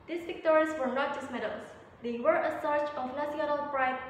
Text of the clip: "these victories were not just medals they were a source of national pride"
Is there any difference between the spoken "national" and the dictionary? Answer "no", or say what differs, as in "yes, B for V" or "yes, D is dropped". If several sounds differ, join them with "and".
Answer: yes, S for SH